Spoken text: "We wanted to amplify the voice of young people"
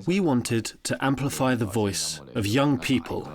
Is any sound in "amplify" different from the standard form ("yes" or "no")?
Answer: no